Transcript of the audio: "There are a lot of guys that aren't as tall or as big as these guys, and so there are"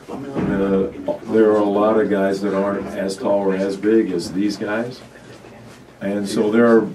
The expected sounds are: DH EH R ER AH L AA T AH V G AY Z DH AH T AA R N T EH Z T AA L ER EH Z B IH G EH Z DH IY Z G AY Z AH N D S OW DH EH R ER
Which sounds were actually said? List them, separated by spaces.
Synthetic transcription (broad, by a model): DH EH R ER AH L AA T AH V G AY Z DH AH T AA R N T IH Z T AA L ER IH Z B IH G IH Z DH IY Z G AY Z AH N S OW DH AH R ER